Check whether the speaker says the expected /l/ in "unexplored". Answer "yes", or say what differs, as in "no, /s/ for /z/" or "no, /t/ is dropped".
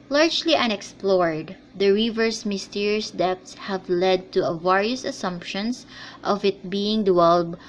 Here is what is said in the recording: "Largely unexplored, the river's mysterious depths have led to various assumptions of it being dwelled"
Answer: yes